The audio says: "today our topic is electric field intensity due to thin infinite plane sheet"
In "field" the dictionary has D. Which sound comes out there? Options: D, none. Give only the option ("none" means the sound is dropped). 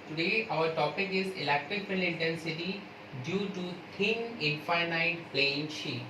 none